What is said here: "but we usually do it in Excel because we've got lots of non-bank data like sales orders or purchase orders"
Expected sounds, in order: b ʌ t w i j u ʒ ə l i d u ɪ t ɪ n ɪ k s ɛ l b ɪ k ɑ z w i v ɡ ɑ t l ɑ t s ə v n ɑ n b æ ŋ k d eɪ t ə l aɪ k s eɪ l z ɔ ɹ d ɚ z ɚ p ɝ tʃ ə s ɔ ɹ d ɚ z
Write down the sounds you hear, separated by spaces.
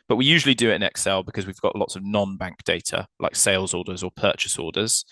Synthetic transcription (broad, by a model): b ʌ t w i j u ʒ ə l i d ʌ ɪ t ɪ n ɪ k s ɛ l b ɪ k ɑ z w i v ɡ ɑ t l ɑ t s ə v n ɑ n b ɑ ŋ k d eɪ t ə l aɪ k s eɪ l z ɔ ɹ d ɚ z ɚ p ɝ tʃ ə s ɔ d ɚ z